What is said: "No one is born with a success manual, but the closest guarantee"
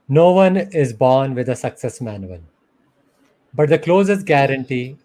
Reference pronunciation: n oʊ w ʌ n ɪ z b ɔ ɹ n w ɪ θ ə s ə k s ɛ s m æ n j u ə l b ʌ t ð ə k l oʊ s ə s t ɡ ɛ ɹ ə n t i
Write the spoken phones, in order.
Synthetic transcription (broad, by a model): n oʊ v ʌ n ɪ z b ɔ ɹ n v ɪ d ə s ə k s ɛ s m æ n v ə n b ʌ t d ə k l oʊ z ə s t ɡ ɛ ɹ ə n t i